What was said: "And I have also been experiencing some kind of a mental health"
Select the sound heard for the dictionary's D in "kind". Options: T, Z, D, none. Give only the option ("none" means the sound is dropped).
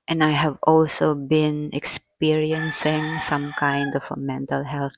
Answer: D